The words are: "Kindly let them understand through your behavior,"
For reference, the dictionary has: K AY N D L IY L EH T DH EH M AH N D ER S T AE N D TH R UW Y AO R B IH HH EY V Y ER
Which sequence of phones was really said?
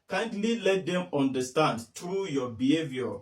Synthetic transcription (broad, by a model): K AY N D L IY L EH T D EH M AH N D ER S T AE N D T R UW Y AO B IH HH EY V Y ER